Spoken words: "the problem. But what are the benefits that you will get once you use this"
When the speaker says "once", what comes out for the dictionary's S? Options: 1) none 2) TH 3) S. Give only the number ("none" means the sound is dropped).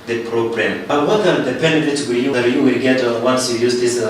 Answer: 3